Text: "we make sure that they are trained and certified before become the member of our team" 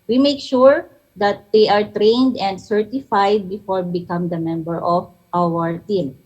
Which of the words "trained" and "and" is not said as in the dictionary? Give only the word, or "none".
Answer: none